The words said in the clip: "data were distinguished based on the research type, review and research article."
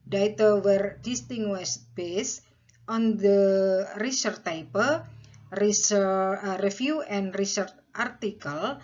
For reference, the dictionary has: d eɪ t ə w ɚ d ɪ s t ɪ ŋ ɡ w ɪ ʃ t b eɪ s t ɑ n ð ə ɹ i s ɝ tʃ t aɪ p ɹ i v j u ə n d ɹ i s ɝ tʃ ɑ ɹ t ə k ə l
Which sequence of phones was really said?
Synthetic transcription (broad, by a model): d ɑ t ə w ɚ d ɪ s t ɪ ŋ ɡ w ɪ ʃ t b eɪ s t ɑ n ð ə ɹ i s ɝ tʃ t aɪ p ɹ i f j u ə n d ɹ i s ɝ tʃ ɑ ɹ t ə k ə l